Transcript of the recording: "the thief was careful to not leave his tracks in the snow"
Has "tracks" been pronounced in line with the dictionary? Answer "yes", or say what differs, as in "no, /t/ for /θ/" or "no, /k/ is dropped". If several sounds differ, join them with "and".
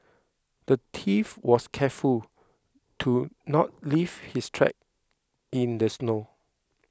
no, /s/ is dropped